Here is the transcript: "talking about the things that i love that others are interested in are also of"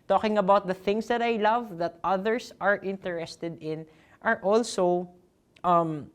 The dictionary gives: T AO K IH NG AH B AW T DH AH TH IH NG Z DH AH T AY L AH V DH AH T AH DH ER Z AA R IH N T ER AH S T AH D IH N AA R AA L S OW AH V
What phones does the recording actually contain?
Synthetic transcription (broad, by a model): T AO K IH NG AH B AW T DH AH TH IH NG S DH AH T AY L AH V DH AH T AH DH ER S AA R IH N T ER AH S T AH D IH N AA R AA L S OW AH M